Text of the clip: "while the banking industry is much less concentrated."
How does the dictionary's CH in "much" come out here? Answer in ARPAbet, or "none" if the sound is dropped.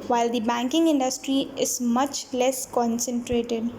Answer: CH